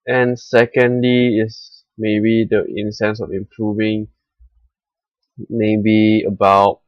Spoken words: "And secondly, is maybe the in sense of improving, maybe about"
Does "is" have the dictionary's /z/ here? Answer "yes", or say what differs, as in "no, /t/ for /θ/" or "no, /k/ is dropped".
no, /s/ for /z/